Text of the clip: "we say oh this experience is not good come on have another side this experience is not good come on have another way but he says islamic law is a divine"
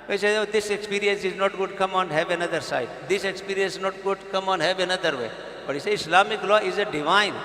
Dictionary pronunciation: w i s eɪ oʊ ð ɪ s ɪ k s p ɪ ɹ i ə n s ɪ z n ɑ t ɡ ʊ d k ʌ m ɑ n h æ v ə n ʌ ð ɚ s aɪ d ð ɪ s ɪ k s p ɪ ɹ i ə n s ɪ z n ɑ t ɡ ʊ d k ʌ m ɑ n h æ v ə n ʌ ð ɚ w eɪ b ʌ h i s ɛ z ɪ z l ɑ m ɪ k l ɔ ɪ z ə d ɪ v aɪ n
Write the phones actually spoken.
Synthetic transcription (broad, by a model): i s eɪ oʊ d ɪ s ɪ k s p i ɹ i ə n s ɪ z n ɑ t ɡ ʊ d k ʌ m ɑ n h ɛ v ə n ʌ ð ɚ s aɪ d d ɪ s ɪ k s p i ɹ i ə n s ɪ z n ɑ t ɡ ʊ d k ʌ m ɑ n h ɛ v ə n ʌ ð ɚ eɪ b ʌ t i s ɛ ɪ s l ɑ m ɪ k l ɔ ɪ z ə d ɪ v aɪ n